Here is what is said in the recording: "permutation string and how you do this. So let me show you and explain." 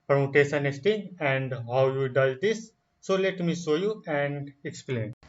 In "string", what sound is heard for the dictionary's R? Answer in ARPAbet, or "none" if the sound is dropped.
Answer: none